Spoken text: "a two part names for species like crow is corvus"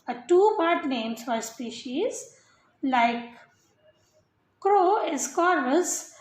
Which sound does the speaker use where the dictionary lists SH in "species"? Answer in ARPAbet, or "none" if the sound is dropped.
SH